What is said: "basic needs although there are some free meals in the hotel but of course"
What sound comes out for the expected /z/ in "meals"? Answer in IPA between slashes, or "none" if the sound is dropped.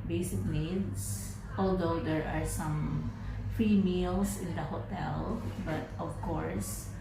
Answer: /s/